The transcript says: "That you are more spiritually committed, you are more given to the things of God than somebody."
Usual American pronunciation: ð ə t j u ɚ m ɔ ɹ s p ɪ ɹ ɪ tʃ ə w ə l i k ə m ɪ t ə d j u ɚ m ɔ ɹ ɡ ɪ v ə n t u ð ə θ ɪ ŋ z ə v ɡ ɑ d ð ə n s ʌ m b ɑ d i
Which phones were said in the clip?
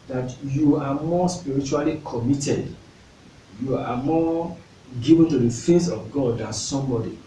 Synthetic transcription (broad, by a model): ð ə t j u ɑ m ɔ s p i ɹ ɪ tʃ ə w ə l i k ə m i t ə d j u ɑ m ɔ ɡ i v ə n t u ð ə f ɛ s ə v ɡ ɑ d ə n s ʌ m b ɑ d i